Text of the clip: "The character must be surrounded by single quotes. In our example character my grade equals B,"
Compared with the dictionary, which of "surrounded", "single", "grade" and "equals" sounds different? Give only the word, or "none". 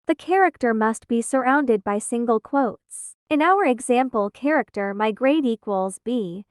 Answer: none